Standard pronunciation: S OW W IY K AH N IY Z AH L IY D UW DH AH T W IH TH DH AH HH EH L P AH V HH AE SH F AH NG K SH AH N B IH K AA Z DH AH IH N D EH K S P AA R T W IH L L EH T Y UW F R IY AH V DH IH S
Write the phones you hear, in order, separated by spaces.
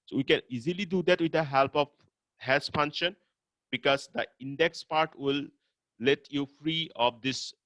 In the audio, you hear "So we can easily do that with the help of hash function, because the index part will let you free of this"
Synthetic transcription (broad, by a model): S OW W IY K AH N IY Z AH L IY D UW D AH T W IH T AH HH EH L P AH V HH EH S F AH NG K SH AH N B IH K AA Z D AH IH N D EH K S P AA R T W IH L L EH T Y UW F R IY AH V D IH S